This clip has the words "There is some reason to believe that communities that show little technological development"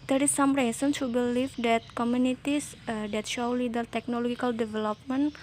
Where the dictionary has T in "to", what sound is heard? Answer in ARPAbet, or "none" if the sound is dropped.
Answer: S